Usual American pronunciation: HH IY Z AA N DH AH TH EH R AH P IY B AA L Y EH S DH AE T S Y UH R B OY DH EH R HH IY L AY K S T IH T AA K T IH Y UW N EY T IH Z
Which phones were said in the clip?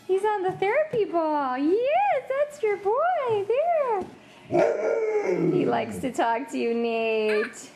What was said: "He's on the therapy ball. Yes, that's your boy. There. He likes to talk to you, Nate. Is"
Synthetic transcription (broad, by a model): HH IY Z N DH AH TH EH R AH P IY B AA L Y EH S DH AE T S Y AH R B OY DH EH R HH IY L AY K S T IH T AA K T IH Y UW N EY IH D